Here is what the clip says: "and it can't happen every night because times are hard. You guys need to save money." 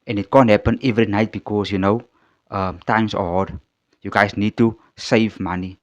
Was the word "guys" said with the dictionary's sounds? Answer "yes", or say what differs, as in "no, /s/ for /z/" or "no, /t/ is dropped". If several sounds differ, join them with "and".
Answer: no, /s/ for /z/